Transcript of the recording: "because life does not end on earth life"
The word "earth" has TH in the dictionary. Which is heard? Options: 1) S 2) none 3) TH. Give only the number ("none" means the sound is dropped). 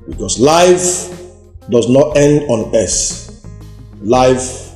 1